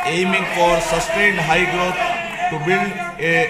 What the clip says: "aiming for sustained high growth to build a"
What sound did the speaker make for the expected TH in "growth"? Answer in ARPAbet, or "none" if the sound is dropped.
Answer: T